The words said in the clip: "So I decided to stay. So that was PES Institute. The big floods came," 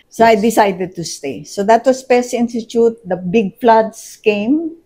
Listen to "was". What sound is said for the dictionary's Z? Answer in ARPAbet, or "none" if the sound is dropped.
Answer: S